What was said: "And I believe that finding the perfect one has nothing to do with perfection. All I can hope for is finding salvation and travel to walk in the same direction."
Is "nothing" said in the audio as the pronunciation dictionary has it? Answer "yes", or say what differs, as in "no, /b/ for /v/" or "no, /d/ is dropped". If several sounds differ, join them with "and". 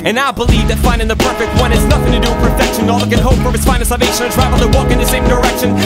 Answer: yes